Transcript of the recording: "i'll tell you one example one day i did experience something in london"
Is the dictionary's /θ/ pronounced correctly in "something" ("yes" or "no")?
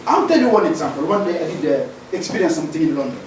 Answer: no